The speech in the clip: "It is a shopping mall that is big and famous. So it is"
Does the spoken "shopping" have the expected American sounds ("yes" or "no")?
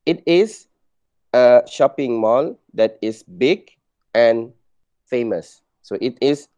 yes